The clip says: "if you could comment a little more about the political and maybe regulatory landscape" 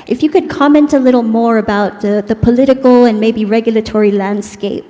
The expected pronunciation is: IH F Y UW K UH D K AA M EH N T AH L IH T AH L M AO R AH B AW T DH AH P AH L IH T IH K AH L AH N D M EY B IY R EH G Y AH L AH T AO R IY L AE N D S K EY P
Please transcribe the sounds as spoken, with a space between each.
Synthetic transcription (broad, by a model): IH F Y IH K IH D K AA M EH N T AH L IH T L M AO R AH B AW T DH AH P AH L IH T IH K L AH N M EY B IY R EH G Y L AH T AO R IY L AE N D S K EY P